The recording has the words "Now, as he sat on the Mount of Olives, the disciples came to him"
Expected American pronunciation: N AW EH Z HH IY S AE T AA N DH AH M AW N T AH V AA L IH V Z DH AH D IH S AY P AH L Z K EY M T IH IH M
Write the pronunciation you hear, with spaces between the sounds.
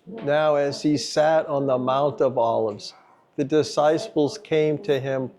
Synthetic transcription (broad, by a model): N AW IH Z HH IY S AE T N DH AH M AW N T AH V AA L IH V Z DH AH D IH S AY P L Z K EY M T IH IH M